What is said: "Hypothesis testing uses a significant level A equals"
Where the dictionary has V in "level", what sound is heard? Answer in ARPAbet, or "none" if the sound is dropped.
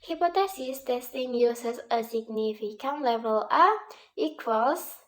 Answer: V